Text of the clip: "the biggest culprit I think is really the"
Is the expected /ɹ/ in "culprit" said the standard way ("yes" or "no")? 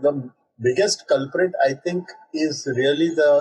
yes